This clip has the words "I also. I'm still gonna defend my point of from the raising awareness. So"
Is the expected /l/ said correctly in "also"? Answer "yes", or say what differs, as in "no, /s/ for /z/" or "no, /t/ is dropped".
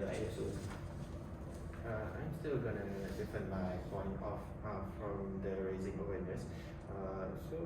no, /l/ is dropped